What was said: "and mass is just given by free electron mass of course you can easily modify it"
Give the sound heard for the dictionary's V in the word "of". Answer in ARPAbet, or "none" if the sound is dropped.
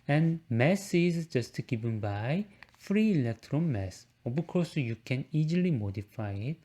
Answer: B